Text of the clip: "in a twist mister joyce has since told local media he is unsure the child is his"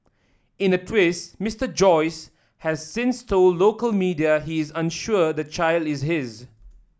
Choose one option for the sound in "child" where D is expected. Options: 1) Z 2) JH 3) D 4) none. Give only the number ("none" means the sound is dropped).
3